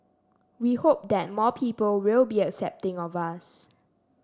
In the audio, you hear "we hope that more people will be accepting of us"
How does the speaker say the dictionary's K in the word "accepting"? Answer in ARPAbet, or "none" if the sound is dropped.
K